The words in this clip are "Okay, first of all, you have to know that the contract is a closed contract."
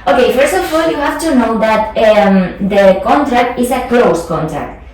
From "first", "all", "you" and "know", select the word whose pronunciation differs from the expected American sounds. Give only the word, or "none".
none